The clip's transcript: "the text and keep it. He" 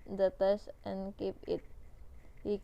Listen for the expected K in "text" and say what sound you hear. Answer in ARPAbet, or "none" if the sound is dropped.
none